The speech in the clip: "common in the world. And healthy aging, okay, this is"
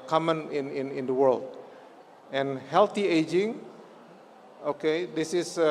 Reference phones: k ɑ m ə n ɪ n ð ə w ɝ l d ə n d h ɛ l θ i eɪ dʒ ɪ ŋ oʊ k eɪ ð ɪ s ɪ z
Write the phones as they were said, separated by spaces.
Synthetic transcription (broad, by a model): k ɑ m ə n ɪ n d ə w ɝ l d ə n h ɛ l t i eɪ dʒ ɪ ŋ oʊ k eɪ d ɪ s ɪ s